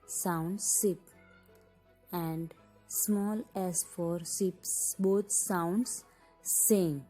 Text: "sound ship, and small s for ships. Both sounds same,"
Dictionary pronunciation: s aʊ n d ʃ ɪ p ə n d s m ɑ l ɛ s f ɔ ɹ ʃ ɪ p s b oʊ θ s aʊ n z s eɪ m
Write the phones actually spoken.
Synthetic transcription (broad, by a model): s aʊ n d s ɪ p ə n d s m ɑ l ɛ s f ɔ ɹ s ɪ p s b oʊ t s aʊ n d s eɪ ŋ